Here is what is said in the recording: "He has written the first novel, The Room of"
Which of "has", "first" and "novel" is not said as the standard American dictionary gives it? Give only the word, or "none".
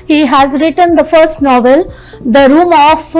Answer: none